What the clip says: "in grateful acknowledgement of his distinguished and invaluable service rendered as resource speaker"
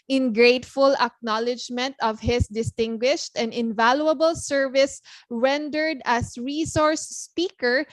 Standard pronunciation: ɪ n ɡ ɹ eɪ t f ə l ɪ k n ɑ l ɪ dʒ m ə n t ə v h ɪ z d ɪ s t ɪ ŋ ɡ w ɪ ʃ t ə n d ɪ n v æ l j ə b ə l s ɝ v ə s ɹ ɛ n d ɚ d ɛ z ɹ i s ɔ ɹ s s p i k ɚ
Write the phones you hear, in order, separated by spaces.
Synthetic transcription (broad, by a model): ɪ n ɡ ɹ eɪ t f ə l ɪ k n ɑ l ɪ dʒ m ə n t ə v h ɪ s d ɪ s t ɪ ŋ ɡ w ɪ ʃ t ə n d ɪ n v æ l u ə b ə l s ɝ v ə s ɹ ɛ n d ɚ d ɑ s ɹ i s ɔ ɹ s s p i k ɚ